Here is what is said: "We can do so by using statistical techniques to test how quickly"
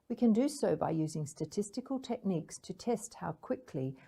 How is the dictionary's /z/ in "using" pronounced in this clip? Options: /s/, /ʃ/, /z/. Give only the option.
/z/